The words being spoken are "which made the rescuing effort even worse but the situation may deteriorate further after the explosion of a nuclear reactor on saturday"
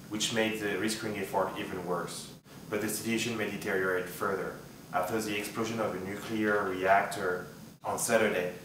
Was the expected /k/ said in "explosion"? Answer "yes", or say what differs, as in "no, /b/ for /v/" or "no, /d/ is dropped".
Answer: yes